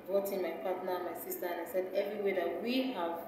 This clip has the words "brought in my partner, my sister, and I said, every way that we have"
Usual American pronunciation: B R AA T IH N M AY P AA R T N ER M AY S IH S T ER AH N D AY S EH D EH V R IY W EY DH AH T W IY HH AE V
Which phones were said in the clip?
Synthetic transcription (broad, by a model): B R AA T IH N M AY P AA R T N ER M AY S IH S T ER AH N AY S EH D EH V R IY W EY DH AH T W IY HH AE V